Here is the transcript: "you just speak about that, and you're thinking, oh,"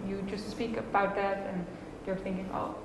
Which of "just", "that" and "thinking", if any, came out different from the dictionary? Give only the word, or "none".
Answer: none